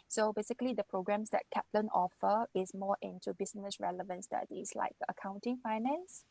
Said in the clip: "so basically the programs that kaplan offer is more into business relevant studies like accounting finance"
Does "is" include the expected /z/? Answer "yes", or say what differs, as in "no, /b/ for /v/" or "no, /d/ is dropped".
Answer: no, /s/ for /z/